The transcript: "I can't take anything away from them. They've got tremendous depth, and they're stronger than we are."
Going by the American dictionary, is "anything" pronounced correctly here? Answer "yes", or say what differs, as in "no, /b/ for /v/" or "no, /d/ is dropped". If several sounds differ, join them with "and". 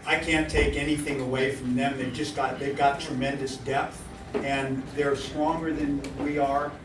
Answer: yes